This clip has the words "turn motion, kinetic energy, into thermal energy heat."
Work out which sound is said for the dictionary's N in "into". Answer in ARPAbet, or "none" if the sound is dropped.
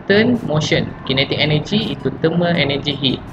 none